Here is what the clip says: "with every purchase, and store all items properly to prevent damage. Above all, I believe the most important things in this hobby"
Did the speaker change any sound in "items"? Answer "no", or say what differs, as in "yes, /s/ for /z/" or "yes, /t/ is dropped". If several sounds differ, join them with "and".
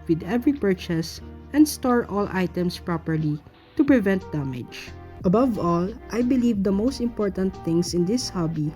yes, /s/ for /z/